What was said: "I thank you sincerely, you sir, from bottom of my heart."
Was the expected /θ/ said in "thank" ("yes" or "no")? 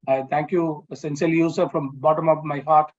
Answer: no